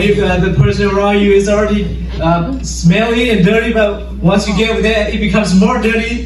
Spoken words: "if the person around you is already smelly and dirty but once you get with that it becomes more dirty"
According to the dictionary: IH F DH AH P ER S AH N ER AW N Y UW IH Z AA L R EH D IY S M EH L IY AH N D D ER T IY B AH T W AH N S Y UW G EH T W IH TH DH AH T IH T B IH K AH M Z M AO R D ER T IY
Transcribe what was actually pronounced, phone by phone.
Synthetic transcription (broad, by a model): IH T DH AH P ER S AH N ER AW N Y UW IH Z L R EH D IY S M EH L IY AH N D D ER T IY B AH T W AH N S Y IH G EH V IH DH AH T IH T B IH K AH M Z M AO R D ER T IY